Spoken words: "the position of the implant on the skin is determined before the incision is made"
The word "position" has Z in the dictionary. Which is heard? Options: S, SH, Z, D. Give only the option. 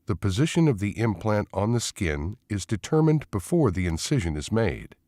Z